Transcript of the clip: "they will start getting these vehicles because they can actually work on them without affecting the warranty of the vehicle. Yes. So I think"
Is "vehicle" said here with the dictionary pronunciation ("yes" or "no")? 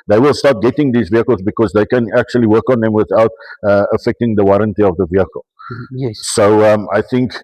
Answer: yes